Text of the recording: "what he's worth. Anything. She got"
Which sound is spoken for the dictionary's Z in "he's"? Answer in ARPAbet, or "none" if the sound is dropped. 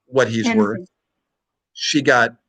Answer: Z